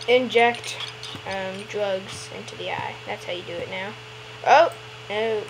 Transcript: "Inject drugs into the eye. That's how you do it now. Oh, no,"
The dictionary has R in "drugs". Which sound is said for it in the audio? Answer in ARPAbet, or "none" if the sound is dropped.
R